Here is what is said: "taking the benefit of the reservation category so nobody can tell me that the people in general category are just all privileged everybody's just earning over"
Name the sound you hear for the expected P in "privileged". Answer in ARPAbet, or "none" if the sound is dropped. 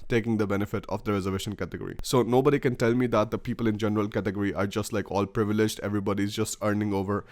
P